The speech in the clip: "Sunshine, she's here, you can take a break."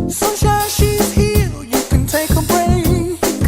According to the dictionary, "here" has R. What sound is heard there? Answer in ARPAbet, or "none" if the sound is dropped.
L